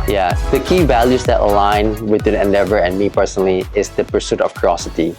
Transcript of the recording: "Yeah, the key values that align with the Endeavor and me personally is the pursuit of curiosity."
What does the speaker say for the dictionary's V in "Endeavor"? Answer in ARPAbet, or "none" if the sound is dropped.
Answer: V